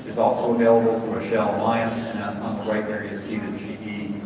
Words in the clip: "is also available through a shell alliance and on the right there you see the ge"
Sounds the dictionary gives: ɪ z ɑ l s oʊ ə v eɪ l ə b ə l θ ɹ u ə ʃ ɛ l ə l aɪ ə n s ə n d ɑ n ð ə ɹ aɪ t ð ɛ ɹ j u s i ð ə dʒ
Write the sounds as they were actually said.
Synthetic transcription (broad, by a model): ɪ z ɑ l s oʊ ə v eɪ l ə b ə l f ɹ ə ʃ ɛ l ə l aɪ ə n s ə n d n ð ə ɹ aɪ t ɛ ɹ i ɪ s i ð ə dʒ